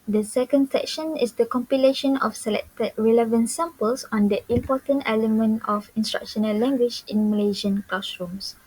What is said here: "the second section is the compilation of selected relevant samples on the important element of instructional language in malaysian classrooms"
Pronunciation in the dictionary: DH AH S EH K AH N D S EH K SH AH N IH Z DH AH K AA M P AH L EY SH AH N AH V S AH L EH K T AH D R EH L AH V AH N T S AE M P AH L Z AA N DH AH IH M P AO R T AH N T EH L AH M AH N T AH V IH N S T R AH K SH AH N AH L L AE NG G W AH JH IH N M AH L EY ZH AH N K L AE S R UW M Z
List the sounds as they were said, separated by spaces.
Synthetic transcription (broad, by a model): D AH S EH K AH N D S EH K SH AH N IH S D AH K AA M P AH L EY SH AH N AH F S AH L EH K T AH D R EH L AH V AH N T S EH M P AH L S AA N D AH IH M P AO T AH N T EH L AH M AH N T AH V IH N S T R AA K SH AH N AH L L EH NG G W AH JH IH N M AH L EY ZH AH N K L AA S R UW M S